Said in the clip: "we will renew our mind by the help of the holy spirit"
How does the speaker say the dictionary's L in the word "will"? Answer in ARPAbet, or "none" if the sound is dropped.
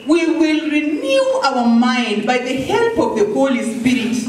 L